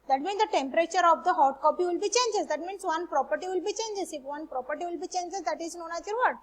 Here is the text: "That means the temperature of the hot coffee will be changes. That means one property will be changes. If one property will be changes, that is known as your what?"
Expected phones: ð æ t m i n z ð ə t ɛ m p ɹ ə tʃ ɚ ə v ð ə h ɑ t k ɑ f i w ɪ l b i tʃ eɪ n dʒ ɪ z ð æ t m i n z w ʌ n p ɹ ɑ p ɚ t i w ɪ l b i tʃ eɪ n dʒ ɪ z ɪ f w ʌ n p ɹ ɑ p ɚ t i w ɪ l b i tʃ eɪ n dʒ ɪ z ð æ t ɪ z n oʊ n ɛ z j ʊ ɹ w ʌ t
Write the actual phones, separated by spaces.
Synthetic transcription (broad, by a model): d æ t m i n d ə t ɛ m p ɹ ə tʃ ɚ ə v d ə h ɑ t k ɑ p i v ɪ l b i tʃ eɪ n dʒ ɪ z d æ t m i n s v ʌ n p ɹ ɑ p ɚ t i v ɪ l b i tʃ eɪ n dʒ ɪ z ɪ f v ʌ n p ɹ ɑ p ɚ t i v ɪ l b i tʃ eɪ n dʒ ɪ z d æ t ɪ z n oʊ n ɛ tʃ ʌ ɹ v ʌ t